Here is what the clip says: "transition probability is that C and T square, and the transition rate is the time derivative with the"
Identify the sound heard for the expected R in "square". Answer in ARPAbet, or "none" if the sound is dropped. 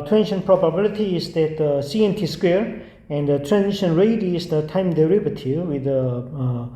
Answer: R